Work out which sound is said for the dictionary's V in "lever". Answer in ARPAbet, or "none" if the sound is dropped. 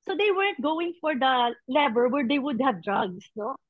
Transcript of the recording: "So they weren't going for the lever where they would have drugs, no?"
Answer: B